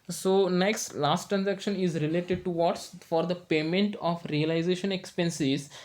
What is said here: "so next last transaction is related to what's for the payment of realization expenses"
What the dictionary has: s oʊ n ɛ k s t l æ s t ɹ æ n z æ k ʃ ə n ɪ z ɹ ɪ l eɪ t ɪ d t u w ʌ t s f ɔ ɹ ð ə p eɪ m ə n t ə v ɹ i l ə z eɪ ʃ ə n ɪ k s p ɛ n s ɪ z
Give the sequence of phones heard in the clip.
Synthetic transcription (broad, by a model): s oʊ n ɛ k s t l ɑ s t ɹ æ n z æ k ʃ ə n ɪ z ɹ ɪ l eɪ t ɪ d t u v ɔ t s f ɔ ɹ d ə p eɪ m ə n t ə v ɹ i l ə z eɪ ʃ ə n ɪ k s p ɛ n s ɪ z